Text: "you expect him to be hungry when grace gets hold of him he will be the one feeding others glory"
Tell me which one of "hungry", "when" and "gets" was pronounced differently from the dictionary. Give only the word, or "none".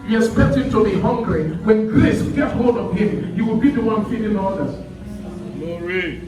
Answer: gets